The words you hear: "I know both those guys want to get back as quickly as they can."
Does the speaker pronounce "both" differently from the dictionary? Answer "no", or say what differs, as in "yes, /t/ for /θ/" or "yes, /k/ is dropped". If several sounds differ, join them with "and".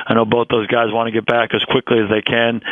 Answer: no